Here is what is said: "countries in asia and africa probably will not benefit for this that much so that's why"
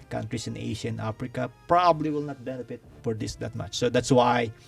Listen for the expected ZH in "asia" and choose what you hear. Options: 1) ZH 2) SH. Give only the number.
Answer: 2